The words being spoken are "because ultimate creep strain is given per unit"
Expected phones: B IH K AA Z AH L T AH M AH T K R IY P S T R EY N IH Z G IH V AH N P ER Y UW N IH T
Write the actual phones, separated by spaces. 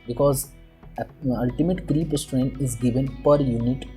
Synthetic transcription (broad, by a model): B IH K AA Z AH L T AH M AH T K R IY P S T R EY N IH Z G IH V AH N P ER Y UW N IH T